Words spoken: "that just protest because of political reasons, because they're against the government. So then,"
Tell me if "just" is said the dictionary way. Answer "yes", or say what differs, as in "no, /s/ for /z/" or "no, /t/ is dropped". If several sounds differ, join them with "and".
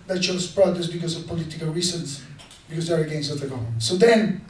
no, /ʃ/ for /dʒ/